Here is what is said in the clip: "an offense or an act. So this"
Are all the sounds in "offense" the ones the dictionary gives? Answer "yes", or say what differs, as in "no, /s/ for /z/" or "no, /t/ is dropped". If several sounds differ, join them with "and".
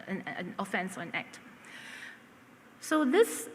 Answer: yes